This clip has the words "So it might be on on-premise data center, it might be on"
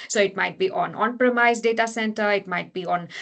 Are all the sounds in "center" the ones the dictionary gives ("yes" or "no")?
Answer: yes